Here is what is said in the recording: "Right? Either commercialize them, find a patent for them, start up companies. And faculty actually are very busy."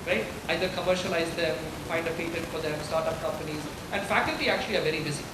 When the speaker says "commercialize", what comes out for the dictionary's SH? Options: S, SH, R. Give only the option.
SH